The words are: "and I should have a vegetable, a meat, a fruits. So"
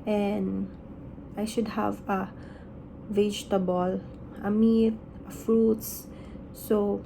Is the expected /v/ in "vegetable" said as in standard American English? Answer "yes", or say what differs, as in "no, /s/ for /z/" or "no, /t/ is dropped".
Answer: yes